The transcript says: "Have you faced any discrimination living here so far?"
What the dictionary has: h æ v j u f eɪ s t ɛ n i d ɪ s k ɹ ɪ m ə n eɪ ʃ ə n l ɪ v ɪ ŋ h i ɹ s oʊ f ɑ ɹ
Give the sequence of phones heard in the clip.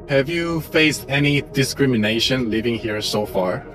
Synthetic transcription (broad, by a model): h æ v j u f eɪ s t ɛ n i d ɪ s k ɹ ɪ m ə n eɪ ʃ ə n l ɪ v ɪ ŋ h i ɹ s oʊ f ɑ ɹ